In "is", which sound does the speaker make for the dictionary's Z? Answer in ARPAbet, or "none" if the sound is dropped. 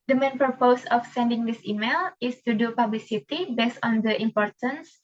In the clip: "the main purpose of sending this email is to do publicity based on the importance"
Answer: S